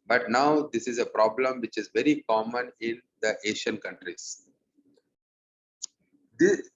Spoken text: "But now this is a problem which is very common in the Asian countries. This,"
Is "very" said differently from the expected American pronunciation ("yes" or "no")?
no